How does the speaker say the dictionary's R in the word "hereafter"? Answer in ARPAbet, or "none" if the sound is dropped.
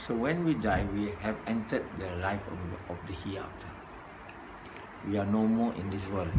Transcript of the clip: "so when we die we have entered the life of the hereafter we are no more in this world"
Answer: none